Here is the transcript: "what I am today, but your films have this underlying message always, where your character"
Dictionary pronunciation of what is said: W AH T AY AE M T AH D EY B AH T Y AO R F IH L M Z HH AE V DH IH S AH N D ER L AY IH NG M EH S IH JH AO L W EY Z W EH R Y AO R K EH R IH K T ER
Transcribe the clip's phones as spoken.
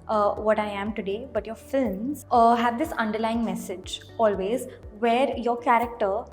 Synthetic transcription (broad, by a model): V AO T AY AE M T AH D EY B AH T Y AO R F IH L M Z HH AE V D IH S AH N D ER L AY IH NG M EH S IH JH AO L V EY Z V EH R Y AO R K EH R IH K T ER